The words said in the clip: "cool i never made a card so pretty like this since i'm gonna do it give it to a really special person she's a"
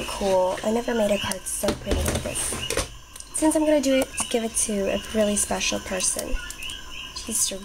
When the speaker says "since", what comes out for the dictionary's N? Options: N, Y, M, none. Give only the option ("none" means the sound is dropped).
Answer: N